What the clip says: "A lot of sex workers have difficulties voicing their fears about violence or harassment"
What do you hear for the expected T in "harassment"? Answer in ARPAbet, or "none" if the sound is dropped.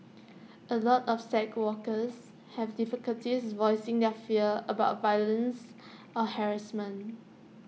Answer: none